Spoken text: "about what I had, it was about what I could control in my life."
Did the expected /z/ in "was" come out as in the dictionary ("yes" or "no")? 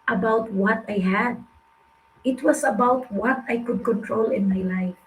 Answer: no